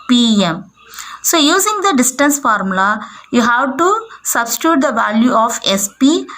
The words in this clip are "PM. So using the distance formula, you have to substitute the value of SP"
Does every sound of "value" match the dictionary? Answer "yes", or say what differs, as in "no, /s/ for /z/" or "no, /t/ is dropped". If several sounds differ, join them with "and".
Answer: yes